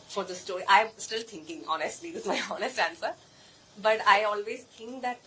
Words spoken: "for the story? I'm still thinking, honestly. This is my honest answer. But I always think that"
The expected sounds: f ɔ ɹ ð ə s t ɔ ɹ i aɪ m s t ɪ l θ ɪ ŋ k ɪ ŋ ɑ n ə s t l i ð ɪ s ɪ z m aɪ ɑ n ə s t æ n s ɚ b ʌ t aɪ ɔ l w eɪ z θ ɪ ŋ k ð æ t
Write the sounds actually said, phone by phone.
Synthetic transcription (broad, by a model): f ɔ ɹ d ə s t ɔ ɹ i aɪ m s t ɪ l t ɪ ŋ k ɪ ŋ ɑ n ə s t l i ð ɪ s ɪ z m aɪ ɑ n ə s t æ n s ɚ b ʌ t aɪ ɔ l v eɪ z t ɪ ŋ k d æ t